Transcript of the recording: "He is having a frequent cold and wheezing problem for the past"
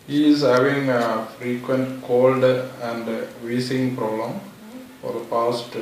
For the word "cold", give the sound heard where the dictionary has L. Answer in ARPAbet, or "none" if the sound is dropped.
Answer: L